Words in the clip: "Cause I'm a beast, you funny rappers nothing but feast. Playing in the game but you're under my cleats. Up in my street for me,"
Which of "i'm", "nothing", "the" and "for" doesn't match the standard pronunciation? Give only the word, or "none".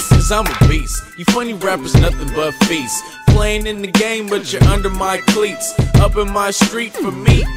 none